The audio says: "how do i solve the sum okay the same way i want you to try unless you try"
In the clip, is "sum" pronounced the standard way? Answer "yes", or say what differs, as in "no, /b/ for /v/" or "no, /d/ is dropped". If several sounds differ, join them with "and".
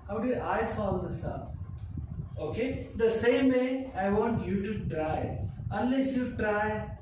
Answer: no, /m/ is dropped